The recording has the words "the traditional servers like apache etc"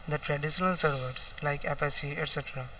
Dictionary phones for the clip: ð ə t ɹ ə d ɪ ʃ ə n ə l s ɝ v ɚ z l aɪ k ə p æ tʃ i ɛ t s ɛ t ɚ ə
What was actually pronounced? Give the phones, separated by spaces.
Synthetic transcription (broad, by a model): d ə t ɹ ə d ɪ ʃ ə n ə l s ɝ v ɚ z l aɪ k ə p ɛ s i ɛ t s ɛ t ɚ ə